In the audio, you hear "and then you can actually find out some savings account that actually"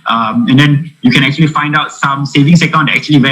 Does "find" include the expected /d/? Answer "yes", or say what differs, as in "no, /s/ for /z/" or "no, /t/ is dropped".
yes